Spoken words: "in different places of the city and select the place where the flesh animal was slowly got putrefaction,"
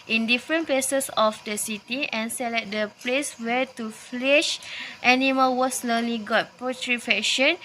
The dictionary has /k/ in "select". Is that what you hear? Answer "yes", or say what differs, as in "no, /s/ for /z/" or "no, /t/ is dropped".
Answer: no, /k/ is dropped